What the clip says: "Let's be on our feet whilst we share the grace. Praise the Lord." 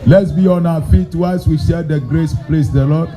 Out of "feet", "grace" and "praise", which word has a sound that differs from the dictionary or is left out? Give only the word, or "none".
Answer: praise